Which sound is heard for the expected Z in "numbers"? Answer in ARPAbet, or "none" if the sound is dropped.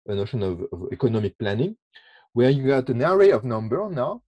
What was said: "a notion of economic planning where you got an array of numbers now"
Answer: none